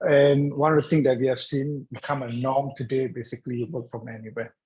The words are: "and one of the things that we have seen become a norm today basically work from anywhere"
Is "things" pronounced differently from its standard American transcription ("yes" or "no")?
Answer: yes